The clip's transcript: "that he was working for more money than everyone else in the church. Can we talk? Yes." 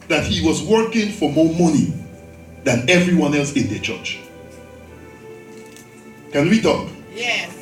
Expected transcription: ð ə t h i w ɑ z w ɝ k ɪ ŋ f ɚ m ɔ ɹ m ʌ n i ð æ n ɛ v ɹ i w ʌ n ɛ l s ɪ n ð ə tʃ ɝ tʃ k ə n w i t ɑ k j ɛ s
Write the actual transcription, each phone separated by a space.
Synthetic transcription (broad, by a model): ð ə t h i w ɑ z w ɝ k ɪ ŋ f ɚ m ɔ ɹ m ʌ n i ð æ n ɛ v ɹ i w ʌ n ɛ l s ɪ n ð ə tʃ ɝ tʃ k ə n w i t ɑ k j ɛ